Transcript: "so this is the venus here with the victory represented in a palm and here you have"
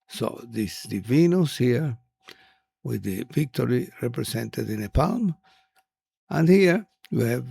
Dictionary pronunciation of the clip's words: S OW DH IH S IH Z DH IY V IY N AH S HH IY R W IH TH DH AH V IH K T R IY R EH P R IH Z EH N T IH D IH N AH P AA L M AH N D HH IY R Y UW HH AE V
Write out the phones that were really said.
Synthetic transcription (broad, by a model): S OW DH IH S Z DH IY V IY N AH S HH IY R W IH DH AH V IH K T R IY R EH P R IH S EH N T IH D IH N AH P AA L M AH N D HH IY R Y UW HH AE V